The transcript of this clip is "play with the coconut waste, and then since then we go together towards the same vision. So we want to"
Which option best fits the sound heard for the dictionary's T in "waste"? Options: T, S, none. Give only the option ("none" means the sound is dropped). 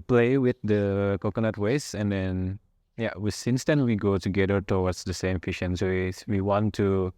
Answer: none